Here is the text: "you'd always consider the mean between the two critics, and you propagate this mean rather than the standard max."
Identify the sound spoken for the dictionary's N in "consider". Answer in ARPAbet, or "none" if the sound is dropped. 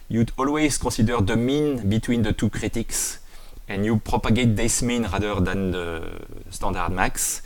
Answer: none